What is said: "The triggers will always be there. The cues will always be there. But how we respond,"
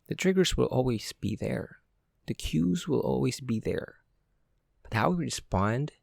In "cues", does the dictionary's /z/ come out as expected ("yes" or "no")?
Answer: yes